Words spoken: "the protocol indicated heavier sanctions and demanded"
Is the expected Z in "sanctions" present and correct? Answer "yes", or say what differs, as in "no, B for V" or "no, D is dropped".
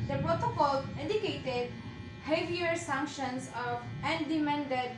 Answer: no, S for Z